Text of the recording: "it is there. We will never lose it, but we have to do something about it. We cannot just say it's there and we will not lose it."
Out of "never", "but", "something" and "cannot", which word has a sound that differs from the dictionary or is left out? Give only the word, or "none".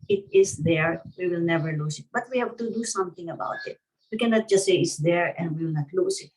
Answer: something